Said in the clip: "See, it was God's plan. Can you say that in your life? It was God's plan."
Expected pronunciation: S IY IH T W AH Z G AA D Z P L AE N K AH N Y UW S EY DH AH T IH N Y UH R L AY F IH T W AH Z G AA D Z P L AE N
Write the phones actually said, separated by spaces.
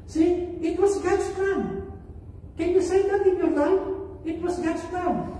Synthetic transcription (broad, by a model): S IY IH T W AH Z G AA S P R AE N K AH N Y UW S EY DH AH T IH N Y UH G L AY IH T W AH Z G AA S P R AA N